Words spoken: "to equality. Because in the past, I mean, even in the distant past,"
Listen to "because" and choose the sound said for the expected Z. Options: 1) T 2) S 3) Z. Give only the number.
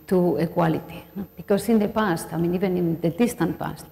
2